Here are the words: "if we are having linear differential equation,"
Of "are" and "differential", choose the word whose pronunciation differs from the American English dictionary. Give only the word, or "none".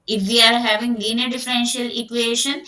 none